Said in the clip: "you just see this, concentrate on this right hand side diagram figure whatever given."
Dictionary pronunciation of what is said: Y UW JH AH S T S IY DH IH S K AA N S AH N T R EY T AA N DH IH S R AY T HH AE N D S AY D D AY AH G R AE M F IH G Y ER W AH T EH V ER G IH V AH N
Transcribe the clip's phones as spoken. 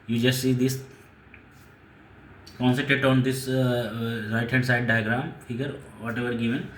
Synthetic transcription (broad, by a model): Y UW JH AH S T S IY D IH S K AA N S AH T EY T AA N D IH S R AY T HH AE N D S AY D D AY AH G R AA M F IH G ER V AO T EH V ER G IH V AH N